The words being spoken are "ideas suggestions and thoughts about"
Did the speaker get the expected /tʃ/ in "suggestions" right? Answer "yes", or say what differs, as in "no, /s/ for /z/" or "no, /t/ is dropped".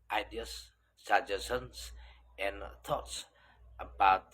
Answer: no, /tʃ/ is dropped